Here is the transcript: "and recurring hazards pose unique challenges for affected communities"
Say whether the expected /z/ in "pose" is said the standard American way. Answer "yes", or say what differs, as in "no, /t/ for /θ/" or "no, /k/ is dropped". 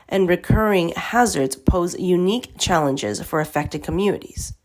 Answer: yes